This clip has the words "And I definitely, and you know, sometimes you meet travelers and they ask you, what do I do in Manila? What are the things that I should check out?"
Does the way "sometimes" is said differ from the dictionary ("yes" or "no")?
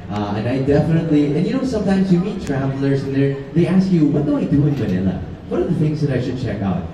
no